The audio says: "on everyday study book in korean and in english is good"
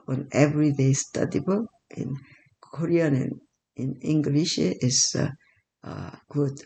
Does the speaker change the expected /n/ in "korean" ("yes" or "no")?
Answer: no